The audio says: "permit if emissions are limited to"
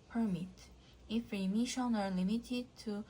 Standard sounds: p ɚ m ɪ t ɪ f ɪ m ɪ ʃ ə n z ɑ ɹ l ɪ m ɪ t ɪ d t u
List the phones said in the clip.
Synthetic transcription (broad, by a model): p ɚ m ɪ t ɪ f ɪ m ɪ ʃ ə n ɑ ɹ l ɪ m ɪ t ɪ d t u